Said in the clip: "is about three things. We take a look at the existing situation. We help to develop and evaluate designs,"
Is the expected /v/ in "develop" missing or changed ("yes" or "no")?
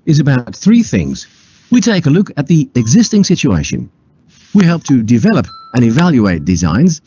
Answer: no